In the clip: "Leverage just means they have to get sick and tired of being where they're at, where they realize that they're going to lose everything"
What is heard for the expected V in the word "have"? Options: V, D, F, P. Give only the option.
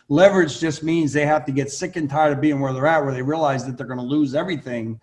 F